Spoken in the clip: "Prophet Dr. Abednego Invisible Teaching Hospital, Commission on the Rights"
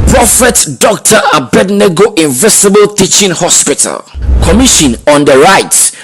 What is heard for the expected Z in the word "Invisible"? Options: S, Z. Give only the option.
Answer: S